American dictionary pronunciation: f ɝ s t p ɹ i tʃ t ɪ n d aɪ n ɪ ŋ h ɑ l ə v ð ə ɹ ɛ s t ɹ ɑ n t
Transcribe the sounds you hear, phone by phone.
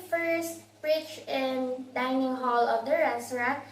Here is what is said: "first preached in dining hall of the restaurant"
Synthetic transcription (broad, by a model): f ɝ s t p ɹ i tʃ ɪ n d aɪ n ɪ ŋ h ɑ l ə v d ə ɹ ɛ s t ɹ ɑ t